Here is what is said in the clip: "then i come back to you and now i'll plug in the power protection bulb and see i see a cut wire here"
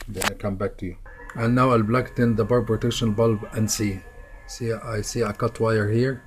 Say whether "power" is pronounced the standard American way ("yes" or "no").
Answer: no